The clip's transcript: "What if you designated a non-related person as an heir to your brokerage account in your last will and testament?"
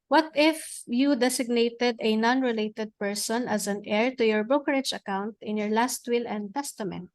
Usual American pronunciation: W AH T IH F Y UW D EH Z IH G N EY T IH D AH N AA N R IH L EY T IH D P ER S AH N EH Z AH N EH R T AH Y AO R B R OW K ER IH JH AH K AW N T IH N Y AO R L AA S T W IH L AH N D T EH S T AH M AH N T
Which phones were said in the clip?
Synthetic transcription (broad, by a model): W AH T IH F Y UW D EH S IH G N EY T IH D AH N AA N R IH L EY T IH D P ER S AH N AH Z AH N EH R T AH Y AO R B R OW K ER IH JH AH K AW N T IH N Y AO R L AA S T W IH L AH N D T EH S T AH M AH N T